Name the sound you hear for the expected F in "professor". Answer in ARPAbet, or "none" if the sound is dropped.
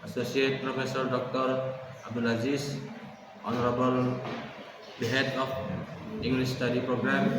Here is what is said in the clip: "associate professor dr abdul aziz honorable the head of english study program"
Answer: P